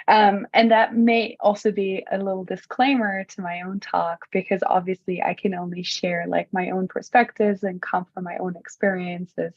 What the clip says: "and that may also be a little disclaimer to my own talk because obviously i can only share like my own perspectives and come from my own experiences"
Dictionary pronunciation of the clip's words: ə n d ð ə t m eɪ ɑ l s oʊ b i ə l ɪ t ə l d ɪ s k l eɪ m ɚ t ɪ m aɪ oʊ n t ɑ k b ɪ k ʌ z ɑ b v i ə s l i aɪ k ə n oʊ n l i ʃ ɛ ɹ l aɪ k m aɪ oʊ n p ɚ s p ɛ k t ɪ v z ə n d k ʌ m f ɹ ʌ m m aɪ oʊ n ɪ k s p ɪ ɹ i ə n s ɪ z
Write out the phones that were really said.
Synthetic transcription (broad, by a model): ə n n ð ə t m eɪ ɑ l s oʊ b i ə l ɪ t l d ɪ s k l eɪ m ɚ t ɪ m aɪ oʊ n t ɑ k b ɪ k ʌ z ɑ b v i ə s l i aɪ k ə n oʊ n l i ʃ ɛ ɹ l aɪ k m aɪ oʊ n p ɚ s p ɛ k t ɪ v z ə n k ʌ m f ɹ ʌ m m aɪ oʊ n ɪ k s p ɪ ɹ i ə n s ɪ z